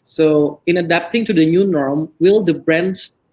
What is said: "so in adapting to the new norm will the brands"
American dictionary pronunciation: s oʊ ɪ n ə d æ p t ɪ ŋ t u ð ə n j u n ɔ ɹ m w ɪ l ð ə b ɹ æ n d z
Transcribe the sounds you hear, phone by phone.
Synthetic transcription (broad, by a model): s oʊ ɪ n ə d æ p t ɪ ŋ t u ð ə n j u n ɔ ɹ m w ɪ l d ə b ɹ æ n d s